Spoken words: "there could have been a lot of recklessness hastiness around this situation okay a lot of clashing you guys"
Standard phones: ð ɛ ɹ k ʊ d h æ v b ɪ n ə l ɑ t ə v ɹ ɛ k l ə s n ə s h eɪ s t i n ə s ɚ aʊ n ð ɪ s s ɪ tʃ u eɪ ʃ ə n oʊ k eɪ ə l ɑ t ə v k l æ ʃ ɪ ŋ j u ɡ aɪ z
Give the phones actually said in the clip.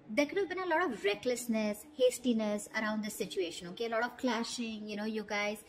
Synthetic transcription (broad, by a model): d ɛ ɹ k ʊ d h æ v b ɪ n ə l ɑ t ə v ɹ ɛ k l ə s n ə s h eɪ s t i n ə s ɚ aʊ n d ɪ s s ɪ tʃ u eɪ ʃ ə n oʊ k eɪ ə l ɑ t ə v k l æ ʃ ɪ ŋ j u ɡ aɪ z